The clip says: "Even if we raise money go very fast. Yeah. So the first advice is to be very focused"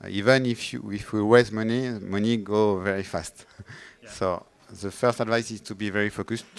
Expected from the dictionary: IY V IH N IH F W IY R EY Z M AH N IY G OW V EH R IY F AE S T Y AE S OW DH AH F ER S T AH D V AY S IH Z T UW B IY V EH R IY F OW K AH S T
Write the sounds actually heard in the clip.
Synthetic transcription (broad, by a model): IY V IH N IH F W IY W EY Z M AH N IY G OW V EH R IY F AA S T S OW DH AH F ER S T AH D V AY S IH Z T UW B IY V EH R IY F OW K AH S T